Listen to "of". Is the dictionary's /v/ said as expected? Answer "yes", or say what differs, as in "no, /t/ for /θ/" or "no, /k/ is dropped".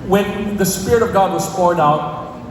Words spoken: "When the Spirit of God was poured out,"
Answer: yes